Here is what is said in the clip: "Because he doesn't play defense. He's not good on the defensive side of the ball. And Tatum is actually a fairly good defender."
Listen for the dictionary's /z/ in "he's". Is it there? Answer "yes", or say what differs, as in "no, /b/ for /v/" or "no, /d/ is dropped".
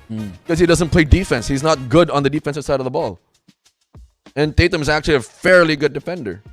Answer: yes